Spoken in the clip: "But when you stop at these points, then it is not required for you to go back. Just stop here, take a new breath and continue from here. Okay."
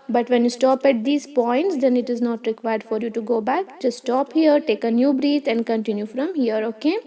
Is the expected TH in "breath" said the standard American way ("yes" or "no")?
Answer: no